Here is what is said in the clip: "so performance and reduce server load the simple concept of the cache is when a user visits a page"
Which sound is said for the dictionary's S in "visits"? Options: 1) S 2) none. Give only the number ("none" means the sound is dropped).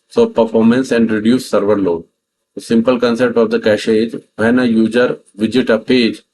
2